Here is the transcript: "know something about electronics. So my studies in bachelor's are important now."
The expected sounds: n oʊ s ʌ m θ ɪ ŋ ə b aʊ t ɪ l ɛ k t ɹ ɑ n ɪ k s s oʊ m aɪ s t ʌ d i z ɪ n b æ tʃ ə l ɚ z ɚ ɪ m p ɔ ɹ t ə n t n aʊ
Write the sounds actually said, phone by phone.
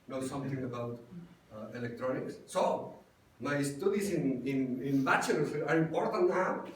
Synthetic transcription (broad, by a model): n oʊ s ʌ m t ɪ ŋ ə b aʊ t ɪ l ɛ k t ɹ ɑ n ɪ k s s oʊ m aɪ s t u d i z ɪ n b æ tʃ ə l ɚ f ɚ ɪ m p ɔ ɹ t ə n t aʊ